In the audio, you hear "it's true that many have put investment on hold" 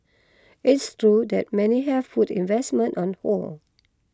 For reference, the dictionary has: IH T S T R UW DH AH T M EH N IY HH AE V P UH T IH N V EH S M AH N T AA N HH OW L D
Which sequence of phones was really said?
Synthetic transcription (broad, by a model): IH T S T R UW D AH T M EH N IY HH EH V F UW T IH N V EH S M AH N T AA N HH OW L